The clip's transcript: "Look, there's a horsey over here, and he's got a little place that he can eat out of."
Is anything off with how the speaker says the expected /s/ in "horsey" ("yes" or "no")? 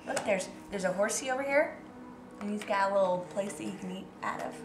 no